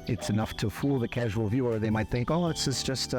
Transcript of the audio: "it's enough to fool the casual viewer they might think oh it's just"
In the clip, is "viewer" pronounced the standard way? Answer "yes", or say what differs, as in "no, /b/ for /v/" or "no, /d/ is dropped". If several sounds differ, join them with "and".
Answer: yes